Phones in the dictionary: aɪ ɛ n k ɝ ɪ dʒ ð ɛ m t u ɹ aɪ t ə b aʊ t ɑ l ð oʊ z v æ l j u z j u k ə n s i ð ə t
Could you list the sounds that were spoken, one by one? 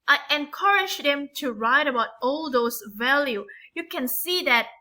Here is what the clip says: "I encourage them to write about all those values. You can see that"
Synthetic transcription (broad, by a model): aɪ ɛ n k ɝ ɪ dʒ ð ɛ m t u ɹ aɪ t ə b aʊ t ɑ l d oʊ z v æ l j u j u k ə n s i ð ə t